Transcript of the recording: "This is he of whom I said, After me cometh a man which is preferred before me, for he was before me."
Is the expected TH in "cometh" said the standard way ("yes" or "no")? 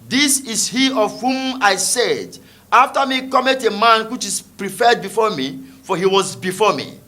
no